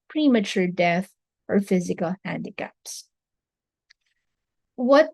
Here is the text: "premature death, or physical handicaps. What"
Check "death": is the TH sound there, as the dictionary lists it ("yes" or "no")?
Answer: yes